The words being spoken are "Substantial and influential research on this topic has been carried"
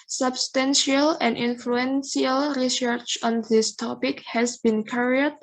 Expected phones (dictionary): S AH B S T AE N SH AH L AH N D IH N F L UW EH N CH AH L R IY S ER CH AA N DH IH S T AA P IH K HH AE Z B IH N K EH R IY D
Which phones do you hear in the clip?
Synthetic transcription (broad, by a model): S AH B S T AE N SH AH L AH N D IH N F L UW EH N S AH L R IY S ER CH AA N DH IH S T AA P IH K HH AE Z B IH N K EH R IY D